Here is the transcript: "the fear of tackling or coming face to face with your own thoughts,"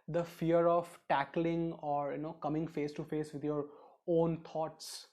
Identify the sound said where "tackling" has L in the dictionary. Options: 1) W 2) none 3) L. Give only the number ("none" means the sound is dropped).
3